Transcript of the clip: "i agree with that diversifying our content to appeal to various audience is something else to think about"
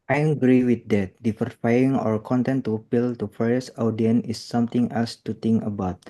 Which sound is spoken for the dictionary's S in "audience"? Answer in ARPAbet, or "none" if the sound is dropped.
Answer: none